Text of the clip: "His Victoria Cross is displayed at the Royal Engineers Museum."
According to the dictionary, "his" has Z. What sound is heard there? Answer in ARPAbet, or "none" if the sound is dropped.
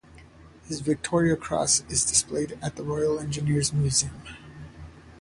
Z